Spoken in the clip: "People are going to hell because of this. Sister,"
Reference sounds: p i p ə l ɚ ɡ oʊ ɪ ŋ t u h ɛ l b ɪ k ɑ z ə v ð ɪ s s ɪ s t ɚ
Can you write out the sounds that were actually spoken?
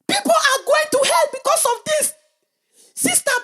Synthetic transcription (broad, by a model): p i p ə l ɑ ɡ oʊ ɪ ŋ t u h ɛ l b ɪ k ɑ s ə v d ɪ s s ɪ s t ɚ